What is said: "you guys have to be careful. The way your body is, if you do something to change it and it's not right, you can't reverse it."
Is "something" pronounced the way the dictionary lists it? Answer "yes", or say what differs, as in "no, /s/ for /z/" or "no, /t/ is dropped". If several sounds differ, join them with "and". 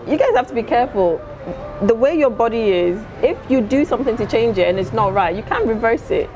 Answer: yes